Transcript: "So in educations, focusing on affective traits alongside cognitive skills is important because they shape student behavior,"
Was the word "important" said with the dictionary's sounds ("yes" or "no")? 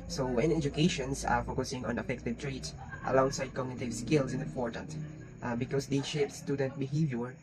no